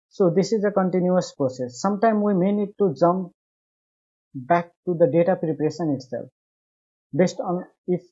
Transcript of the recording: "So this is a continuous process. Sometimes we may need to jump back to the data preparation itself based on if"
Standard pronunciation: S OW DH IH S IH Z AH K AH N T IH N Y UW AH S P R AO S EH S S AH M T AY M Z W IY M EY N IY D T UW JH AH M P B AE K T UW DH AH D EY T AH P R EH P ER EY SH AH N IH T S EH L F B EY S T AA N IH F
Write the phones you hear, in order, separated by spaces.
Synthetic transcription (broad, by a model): S OW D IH S IH Z AH K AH N T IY N Y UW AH S P R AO S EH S S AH M T AY M W IY M EY N IY D T UW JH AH M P B AE K T UW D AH D EY T AH P R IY P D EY S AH N IH T S EH L F B EY S T AA N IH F